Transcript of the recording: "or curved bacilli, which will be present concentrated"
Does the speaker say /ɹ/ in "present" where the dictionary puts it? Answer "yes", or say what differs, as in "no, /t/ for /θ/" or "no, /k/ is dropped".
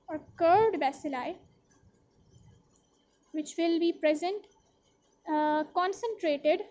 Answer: yes